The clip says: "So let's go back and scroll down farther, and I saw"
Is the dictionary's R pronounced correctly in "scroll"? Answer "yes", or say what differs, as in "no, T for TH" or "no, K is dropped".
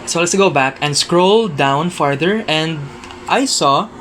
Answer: yes